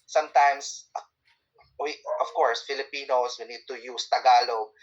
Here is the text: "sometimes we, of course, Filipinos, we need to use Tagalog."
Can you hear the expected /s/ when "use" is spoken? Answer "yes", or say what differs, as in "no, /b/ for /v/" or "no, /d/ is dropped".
yes